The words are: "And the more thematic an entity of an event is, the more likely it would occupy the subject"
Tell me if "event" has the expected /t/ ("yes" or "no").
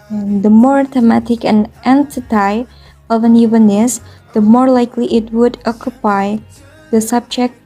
no